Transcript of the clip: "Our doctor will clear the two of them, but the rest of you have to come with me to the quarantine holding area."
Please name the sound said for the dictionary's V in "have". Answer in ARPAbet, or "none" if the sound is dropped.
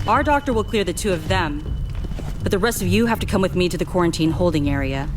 F